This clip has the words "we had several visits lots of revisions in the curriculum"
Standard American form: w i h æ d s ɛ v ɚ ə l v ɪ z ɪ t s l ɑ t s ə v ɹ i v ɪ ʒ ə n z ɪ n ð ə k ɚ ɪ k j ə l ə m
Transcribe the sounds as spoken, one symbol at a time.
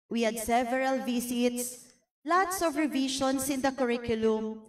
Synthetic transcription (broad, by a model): w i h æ d s ɛ v ɚ ə l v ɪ s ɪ t s l ɑ t s ə v ɹ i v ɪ ʃ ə n s ɪ n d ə k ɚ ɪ k j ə l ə m